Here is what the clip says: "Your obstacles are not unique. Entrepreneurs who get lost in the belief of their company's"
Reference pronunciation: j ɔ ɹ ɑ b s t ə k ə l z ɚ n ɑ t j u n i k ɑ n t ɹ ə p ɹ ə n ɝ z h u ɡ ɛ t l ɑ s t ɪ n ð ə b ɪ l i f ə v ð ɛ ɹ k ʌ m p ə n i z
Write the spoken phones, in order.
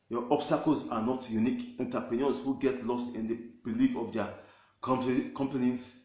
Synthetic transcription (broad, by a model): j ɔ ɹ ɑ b s t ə k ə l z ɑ n ɑ t j u n i k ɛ n t ə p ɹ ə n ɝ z h u ɡ ɛ t l ɑ s t ɪ n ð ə b ɪ l i f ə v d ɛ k k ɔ m p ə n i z